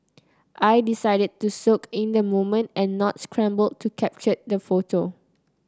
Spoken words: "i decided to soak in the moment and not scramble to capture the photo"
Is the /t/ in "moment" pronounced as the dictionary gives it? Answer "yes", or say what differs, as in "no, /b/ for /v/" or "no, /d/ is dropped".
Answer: yes